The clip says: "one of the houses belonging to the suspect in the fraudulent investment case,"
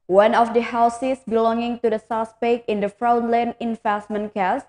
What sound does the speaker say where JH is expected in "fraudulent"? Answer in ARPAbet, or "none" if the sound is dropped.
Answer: none